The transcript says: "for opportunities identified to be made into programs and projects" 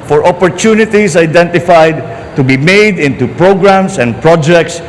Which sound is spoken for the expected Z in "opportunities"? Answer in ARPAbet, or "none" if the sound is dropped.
S